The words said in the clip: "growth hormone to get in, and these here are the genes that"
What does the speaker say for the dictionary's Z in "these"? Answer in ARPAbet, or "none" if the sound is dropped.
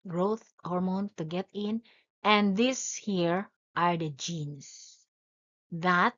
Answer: S